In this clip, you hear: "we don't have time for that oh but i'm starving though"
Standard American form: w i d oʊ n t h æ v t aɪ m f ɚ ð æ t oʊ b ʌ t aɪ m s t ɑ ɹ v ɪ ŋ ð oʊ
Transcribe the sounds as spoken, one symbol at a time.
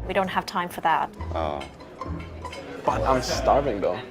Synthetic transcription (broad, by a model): w i d oʊ n t h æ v t aɪ m f ɚ ð æ t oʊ b ʌ t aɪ m s t ɑ ɹ v ɪ ŋ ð oʊ